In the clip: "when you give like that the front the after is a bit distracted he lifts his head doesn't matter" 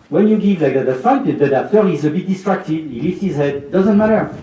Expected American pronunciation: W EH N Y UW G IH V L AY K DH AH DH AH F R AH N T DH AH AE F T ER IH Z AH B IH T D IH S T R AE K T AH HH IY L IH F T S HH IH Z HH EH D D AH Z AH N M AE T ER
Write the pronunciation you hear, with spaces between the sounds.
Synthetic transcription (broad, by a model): W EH N Y UW G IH V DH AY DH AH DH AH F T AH T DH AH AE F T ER IH Z AH B IH T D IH S T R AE K T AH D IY L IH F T HH IH Z HH EH D D AH Z AH N M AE T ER